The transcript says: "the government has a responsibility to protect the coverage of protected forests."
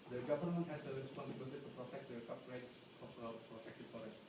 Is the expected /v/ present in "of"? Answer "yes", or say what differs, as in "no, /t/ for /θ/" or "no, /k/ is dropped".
no, /p/ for /v/